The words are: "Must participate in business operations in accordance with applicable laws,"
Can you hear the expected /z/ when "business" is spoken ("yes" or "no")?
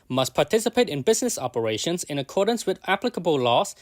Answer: yes